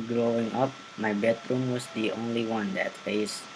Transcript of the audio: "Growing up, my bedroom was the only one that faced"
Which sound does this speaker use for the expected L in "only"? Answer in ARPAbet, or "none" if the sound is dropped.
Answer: L